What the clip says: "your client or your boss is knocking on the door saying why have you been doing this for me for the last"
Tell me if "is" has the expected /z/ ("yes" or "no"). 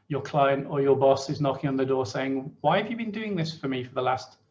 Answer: yes